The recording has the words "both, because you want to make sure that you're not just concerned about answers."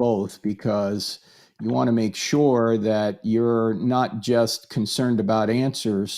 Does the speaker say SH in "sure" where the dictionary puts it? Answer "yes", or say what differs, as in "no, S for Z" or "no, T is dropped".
yes